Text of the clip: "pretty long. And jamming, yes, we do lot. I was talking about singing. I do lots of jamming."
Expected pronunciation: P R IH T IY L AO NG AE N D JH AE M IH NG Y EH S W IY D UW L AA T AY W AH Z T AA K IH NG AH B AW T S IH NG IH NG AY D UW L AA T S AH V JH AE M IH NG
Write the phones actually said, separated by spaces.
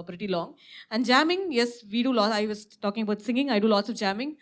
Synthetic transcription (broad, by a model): P R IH T IY L AO NG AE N D JH AE M IH NG Y EH S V IY D UW L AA AY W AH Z T AA K IH NG AH B AW T S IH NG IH NG AY D UW L AA T S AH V JH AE M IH NG